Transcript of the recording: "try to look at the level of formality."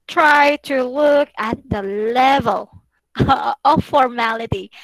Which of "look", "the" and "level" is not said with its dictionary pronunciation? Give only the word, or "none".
none